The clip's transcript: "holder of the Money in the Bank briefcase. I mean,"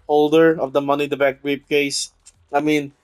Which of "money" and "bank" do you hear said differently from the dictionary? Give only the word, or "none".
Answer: bank